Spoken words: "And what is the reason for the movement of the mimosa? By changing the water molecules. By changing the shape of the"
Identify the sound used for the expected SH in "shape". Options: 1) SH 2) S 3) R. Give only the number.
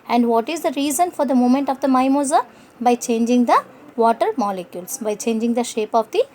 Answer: 1